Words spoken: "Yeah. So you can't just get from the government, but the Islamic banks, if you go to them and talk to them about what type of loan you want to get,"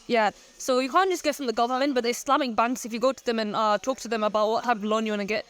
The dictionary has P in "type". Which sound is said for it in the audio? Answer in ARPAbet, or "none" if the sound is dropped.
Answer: none